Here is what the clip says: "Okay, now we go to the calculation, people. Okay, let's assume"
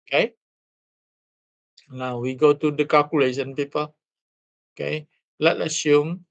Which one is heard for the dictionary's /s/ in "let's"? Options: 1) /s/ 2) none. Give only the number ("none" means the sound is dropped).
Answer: 2